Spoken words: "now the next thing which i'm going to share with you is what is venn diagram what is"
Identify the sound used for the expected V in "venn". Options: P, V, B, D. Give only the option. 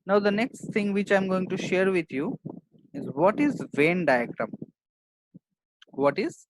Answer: V